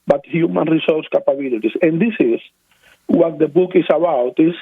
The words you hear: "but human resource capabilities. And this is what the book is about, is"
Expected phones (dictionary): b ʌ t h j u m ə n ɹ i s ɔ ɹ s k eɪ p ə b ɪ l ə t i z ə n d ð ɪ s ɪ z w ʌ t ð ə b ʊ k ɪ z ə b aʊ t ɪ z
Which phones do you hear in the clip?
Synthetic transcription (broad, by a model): b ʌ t h j u m ə n ɹ i s ɔ ɹ s k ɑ p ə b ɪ l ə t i s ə n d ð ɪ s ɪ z w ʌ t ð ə b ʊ k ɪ s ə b aʊ t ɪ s